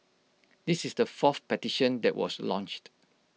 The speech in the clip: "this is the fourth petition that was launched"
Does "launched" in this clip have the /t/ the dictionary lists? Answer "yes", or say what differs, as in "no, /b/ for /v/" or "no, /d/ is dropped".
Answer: yes